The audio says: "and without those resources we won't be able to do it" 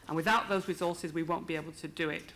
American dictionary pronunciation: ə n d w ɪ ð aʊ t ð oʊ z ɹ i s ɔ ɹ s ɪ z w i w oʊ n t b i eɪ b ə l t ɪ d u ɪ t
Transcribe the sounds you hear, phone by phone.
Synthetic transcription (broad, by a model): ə n w ɪ ð aʊ t ð oʊ z ɹ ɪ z ɔ ɹ s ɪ z w i w oʊ n b i eɪ b ə l t ɪ d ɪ ɪ t